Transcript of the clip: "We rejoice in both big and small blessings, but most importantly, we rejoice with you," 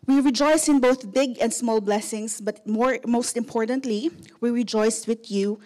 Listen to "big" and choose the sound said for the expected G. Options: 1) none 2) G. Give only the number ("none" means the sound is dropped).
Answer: 2